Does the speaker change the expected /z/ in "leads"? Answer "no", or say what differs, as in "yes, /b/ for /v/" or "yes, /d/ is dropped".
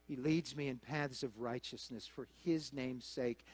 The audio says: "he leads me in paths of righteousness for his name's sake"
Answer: no